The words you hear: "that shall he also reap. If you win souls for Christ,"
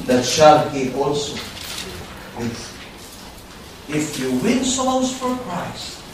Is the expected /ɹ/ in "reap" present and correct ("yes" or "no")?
no